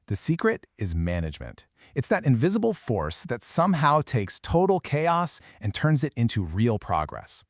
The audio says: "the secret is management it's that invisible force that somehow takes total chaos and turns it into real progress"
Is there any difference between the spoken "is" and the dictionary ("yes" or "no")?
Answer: no